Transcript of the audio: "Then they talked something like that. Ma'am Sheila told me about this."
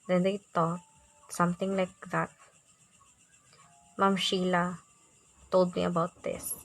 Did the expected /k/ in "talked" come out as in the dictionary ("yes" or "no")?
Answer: no